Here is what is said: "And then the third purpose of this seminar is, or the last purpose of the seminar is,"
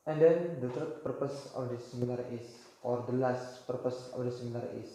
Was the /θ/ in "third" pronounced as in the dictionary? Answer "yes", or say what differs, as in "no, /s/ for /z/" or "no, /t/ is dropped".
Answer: no, /t/ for /θ/